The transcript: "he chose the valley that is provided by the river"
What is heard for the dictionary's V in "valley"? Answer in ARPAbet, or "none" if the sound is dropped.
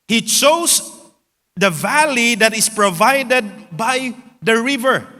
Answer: V